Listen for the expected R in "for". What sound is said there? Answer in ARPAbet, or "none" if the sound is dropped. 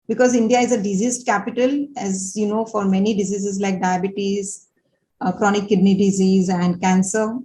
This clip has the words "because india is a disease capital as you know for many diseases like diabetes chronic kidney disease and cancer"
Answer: R